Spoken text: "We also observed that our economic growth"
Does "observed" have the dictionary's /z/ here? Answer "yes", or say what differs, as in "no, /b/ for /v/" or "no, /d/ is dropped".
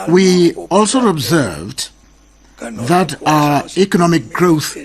yes